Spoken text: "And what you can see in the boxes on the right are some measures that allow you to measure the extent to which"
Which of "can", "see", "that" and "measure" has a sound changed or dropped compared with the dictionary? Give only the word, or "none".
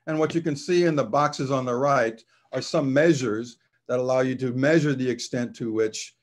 none